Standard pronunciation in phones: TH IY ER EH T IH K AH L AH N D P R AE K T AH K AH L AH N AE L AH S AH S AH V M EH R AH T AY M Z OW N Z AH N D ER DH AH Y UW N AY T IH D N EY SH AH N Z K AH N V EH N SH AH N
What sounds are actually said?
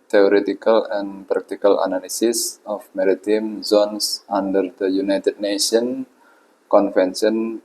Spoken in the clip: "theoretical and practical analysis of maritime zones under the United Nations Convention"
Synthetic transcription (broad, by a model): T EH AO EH T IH K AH L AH N P R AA K T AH K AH L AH N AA L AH S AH S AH F M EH R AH T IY M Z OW N S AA N D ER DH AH Y UW N AY T IH D N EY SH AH N K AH N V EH N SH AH N